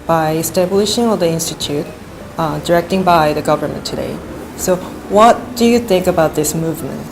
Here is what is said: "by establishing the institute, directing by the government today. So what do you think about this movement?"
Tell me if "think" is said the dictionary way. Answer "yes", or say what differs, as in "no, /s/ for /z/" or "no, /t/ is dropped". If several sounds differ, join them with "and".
yes